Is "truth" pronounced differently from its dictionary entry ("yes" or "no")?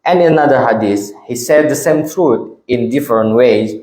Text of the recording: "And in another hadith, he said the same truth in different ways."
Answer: yes